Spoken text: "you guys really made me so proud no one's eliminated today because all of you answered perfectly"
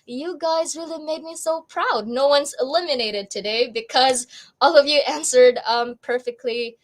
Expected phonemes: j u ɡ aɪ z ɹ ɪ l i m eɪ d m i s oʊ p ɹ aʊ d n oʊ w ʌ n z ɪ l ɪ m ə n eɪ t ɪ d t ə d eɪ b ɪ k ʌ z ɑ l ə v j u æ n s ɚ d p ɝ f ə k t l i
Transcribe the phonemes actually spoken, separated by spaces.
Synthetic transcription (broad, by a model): j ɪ ɡ aɪ z ɹ ɪ l i m eɪ d m i s oʊ p ɹ aʊ d n oʊ w ʌ n z ɪ l ɪ m ə n eɪ t ɪ d t ə d eɪ b ɪ k ʌ z ɑ l ə v j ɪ æ n s ɚ d p ɝ f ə k t l i